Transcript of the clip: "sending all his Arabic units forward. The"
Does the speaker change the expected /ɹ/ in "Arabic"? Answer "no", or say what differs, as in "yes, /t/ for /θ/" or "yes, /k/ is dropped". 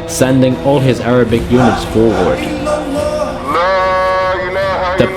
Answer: no